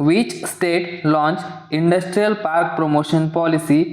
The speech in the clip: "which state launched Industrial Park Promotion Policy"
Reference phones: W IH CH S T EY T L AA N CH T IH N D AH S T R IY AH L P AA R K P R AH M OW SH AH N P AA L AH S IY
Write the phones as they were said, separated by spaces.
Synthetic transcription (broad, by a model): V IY CH S T EY T L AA N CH IH N D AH S T R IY AH L P AA R K P R AH M OW SH AH N P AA L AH S IY